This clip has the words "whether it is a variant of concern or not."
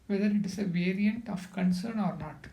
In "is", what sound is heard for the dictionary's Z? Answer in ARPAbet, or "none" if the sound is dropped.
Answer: S